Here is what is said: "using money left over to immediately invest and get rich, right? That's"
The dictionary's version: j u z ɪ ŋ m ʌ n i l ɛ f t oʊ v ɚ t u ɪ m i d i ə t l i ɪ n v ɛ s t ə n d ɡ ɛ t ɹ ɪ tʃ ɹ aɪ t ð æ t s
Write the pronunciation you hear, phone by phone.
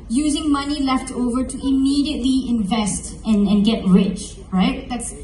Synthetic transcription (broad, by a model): j u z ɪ ŋ m ʌ n i l ɛ f t oʊ v ɚ t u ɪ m i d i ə t l i ɪ n v ɛ s t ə n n ɡ ɛ t ɹ ɪ tʃ ɹ aɪ t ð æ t s